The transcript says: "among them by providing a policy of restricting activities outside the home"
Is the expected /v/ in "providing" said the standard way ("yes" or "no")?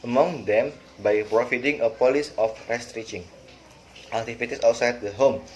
no